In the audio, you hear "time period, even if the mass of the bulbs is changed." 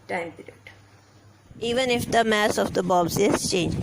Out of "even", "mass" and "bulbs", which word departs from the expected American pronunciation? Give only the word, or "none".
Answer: bulbs